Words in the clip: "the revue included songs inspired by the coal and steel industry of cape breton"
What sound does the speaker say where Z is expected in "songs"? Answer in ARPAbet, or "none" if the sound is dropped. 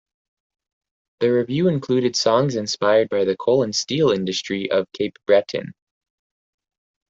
Z